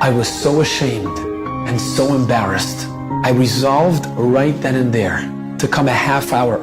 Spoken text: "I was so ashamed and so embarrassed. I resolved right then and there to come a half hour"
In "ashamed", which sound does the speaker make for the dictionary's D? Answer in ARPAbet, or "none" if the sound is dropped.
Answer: D